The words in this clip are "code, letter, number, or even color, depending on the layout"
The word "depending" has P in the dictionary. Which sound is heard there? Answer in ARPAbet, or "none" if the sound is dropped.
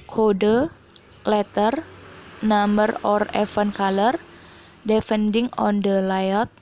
F